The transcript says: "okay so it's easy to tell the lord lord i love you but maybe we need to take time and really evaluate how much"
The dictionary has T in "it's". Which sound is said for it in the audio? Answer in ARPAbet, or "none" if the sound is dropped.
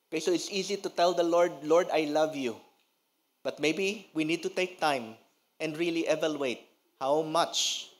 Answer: T